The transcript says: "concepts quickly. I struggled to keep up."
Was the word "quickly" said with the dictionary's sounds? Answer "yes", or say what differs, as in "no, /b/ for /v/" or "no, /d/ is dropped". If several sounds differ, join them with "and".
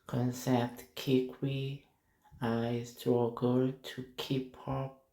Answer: no, /w/ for /l/